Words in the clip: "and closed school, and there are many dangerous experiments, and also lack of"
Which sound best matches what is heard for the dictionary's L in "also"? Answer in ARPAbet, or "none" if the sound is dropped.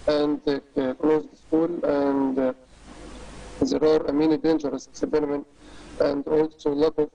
L